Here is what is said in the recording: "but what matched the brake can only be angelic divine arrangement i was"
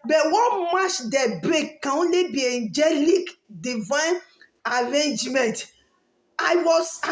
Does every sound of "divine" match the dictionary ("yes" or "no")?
yes